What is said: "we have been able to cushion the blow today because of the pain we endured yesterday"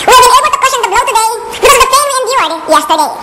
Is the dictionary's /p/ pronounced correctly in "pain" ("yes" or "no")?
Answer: no